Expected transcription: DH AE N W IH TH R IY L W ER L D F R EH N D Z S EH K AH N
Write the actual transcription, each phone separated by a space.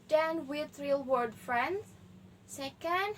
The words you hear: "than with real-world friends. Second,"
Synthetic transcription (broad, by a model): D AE N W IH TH R IY L W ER D F R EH N D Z S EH K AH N